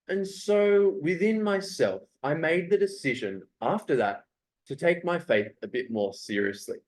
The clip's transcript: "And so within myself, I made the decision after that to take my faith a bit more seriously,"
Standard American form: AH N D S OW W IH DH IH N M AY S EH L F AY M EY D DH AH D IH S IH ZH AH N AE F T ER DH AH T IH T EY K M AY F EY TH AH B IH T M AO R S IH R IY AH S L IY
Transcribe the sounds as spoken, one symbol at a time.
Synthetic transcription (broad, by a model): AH N S OW W IH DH IH N M AY S EH L F AY M EY D DH AH D IH S IH ZH AH N AE F T ER DH AH T IH T EY K M AY F EY TH AH B IH T M AO R S IH R IY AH S L IY